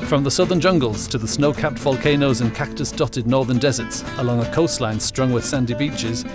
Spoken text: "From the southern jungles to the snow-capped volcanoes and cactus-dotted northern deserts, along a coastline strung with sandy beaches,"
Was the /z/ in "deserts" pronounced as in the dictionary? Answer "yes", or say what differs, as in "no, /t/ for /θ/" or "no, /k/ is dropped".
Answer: yes